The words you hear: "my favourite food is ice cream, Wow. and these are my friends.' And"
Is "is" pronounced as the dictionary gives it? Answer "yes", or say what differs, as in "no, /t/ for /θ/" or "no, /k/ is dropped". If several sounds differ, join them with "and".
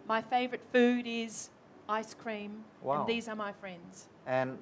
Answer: yes